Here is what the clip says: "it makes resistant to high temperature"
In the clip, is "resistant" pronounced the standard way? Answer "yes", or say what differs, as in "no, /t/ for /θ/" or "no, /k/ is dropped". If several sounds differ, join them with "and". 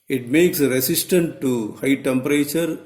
no, /s/ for /z/